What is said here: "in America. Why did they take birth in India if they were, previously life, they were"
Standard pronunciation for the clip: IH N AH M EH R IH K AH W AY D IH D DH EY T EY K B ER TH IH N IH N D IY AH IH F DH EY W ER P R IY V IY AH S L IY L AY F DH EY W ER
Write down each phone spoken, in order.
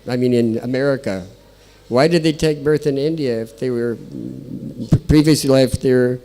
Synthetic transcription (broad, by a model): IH N AH M EH R IH K AH W AY D IH D DH EY T EY K B ER TH IH N IH N D IY AH IH F DH EY W ER P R IY V IY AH S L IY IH F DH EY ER